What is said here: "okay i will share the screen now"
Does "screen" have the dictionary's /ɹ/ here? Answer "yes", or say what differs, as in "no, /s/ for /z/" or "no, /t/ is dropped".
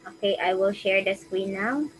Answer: no, /w/ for /ɹ/